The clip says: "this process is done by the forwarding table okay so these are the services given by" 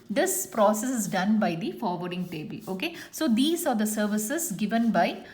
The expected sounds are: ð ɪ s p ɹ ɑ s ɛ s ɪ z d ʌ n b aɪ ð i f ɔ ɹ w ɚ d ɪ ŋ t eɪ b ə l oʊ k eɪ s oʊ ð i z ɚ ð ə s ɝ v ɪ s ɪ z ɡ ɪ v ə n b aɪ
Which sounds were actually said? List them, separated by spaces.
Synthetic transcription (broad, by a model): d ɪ s p ɹ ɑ s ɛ s ɪ z d ʌ n b aɪ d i f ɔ ɹ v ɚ d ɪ ŋ t eɪ b ə l oʊ k eɪ s oʊ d i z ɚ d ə s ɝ v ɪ s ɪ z ɡ ɪ v ə n b aɪ